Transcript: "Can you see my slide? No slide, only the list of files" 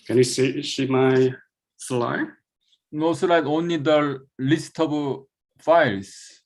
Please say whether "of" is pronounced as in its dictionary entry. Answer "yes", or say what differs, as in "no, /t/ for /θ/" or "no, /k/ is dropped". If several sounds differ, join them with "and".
no, /b/ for /v/